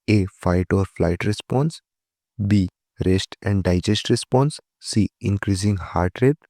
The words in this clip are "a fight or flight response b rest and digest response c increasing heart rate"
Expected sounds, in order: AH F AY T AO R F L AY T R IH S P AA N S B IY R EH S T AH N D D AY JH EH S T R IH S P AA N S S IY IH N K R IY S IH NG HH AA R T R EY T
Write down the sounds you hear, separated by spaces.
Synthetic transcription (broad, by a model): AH F AY T AO R F L AY T R IH S P AA N S B IY R EH S T AH N D D AY JH EH S T R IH S P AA N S S IY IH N K R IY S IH NG HH AA R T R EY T